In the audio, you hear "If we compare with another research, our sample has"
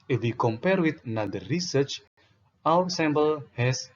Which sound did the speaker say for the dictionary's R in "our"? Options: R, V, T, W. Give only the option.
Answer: W